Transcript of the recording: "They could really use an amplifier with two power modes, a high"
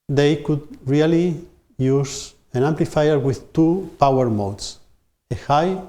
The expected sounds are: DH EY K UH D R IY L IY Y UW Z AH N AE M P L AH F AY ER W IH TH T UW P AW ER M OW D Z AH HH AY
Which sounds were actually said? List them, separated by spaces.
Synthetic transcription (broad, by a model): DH EY K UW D R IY L IY Y UW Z AH N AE M P L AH F AY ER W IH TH T UW P AW ER M OW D S AH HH AY